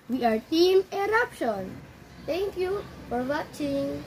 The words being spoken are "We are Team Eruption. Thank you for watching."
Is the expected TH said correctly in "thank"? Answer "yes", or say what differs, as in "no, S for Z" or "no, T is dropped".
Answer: no, T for TH